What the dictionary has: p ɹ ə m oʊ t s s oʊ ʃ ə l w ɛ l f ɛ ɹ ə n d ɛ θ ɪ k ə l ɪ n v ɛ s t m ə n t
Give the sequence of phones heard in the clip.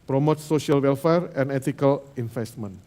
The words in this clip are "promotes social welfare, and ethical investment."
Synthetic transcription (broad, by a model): p ɹ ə m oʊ t s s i ə l w ɛ l f ɛ ɹ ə n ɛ t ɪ k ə l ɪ n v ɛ s t m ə n